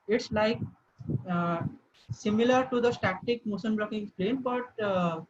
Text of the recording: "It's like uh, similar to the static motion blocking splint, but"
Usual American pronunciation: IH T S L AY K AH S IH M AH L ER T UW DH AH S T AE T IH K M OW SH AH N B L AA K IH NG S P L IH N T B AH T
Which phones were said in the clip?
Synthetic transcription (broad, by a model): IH T S L AY K S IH M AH L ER T UW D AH S T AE T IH K M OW S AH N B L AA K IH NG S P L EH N B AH T